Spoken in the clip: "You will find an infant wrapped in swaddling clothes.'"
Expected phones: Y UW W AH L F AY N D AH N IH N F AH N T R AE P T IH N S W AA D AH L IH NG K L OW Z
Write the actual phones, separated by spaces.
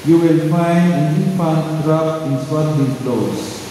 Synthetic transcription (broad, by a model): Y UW W AH L F AY N D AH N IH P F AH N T R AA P IH N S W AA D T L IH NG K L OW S